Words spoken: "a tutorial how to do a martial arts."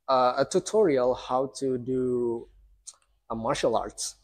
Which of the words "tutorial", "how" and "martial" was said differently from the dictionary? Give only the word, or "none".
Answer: none